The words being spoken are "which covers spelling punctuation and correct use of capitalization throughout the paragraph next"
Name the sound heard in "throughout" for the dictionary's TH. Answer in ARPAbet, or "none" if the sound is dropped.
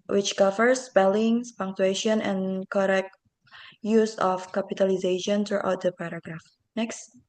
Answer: T